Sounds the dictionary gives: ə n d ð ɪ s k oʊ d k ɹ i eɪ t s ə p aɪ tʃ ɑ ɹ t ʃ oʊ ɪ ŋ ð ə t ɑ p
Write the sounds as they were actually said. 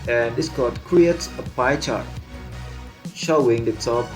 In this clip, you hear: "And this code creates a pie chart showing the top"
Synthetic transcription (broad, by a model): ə n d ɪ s k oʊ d k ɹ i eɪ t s ə p aɪ tʃ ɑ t ʃ oʊ ɪ ŋ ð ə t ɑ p